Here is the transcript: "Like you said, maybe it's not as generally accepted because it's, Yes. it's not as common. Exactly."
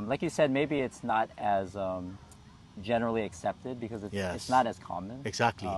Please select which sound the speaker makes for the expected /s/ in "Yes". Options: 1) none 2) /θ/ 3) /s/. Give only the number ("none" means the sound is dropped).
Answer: 1